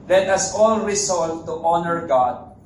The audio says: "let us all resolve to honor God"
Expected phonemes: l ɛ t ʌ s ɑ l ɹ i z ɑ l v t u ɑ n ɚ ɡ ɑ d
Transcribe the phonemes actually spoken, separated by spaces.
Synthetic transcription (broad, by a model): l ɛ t ʌ s ɑ l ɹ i s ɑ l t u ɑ n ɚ ɡ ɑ d